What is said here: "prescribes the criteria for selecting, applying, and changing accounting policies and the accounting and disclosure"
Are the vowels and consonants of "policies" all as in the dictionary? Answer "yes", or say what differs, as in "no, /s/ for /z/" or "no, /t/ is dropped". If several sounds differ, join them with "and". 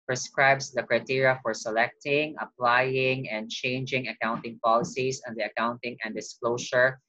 no, /s/ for /z/